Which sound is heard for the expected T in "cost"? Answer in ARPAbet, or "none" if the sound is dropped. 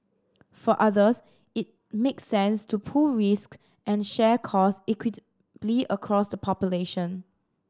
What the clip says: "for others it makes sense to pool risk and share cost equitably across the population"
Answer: none